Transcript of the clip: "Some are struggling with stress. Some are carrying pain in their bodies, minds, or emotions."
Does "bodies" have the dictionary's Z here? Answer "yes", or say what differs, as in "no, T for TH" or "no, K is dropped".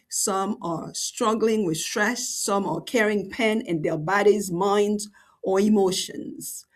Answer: yes